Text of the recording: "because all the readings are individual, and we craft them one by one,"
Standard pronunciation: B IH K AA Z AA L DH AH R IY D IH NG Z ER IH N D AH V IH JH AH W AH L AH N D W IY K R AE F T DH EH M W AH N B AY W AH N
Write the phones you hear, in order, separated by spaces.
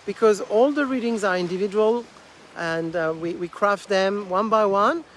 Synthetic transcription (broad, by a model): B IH K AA Z AA L DH AH R IY D IH NG Z ER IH N D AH V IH JH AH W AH L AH N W W IY K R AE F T DH EH M W AH N B AY W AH N